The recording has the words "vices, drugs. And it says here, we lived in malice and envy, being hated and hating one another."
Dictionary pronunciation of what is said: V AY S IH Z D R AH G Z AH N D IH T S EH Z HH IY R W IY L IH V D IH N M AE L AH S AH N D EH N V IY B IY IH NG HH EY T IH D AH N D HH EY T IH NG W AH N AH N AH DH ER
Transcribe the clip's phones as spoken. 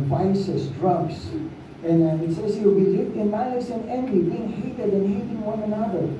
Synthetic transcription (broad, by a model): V AY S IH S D R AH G S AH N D IH T S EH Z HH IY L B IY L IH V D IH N M AE L AH S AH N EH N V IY B IY IH NG HH EY T IH D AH N HH EY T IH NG W AH N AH N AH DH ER